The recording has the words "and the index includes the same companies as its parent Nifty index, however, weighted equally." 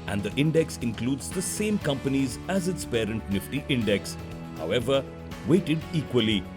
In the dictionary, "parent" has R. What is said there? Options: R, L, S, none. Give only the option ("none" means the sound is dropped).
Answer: R